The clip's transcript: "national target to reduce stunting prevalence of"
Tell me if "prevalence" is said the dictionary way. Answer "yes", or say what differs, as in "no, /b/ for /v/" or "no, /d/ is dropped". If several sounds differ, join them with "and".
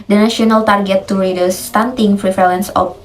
no, /f/ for /v/